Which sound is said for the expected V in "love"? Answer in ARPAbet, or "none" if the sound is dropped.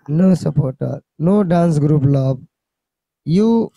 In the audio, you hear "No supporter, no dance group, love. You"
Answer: B